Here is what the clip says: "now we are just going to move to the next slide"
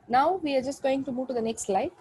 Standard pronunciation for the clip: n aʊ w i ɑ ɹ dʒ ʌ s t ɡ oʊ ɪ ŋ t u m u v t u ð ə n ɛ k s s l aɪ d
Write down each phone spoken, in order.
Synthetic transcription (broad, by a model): n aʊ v i ɑ ɹ dʒ ʌ s t ɡ oʊ ɪ ŋ t u m u v t u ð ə n ɛ k s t l aɪ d